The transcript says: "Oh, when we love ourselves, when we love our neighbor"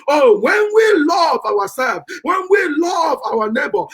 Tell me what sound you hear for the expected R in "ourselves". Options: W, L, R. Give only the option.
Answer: W